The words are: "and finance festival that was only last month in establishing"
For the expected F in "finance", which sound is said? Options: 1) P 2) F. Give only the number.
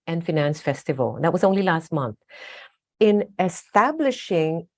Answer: 2